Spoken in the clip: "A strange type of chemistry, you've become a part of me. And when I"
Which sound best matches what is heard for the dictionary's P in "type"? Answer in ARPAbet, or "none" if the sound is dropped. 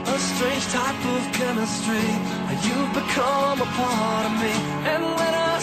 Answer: P